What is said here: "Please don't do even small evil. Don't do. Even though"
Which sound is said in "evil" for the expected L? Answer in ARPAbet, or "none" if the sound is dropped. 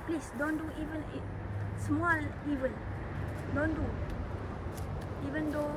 N